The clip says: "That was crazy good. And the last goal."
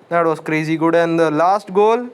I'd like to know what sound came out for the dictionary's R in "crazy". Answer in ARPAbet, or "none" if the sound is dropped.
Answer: R